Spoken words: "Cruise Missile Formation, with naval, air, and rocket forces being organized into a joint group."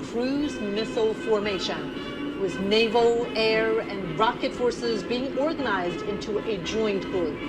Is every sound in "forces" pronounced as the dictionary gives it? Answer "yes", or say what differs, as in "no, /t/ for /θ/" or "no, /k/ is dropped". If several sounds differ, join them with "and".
yes